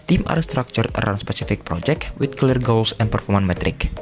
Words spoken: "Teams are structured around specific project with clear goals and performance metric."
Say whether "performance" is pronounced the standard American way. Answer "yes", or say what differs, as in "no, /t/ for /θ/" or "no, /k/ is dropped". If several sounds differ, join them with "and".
no, /s/ is dropped